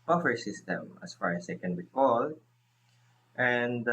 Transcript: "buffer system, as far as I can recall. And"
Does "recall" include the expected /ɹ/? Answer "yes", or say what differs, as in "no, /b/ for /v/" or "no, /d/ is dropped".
no, /w/ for /ɹ/